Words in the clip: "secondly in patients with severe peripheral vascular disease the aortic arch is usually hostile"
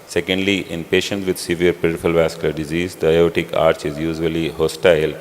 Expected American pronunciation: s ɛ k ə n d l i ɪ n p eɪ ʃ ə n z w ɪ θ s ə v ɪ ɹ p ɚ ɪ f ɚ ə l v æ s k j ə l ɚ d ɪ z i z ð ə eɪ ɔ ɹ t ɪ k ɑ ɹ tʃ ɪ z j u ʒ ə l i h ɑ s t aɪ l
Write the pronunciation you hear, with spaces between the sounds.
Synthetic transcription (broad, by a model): s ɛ k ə n d l i ɪ n p eɪ ʃ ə n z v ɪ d s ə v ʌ ɹ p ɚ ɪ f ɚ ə l v æ s k j ə l ɚ d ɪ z i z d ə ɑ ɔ t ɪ k ɑ ɹ tʃ ɪ z j u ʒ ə l i h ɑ s t aɪ l